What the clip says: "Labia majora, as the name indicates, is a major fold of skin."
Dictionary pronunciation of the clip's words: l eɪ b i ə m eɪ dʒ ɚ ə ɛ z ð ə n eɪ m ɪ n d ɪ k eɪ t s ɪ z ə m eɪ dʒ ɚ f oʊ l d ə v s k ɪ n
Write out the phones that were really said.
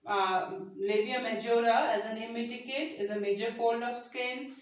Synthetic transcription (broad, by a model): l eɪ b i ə m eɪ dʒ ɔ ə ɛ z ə n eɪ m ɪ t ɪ k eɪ t ɪ z ə m eɪ dʒ ɚ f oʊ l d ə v s k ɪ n